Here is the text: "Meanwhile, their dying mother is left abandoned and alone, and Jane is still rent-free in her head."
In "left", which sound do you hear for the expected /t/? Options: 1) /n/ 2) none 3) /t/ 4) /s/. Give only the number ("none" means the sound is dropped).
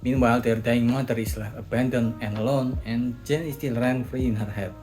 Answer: 2